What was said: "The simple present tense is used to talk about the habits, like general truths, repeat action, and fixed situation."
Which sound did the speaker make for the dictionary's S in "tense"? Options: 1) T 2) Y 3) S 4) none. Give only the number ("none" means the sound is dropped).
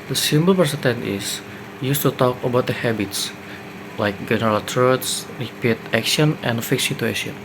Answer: 4